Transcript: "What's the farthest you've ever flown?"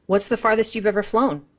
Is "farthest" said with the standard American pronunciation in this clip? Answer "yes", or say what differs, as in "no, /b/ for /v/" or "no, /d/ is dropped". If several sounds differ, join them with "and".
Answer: yes